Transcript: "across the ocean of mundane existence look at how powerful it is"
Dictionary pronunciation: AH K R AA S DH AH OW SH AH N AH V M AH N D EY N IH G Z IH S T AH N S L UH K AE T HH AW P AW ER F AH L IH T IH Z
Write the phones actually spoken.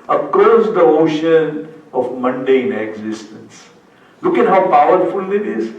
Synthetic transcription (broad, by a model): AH K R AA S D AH OW SH AH N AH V M AH N D EY N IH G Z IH S T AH N S L UH K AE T HH AW P AW ER F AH L IH T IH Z